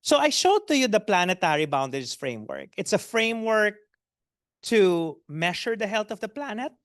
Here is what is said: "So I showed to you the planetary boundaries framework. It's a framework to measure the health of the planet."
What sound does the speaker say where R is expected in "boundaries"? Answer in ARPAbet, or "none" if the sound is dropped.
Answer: none